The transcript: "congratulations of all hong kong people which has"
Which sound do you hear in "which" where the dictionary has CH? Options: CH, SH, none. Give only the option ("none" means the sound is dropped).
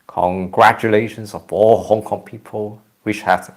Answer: SH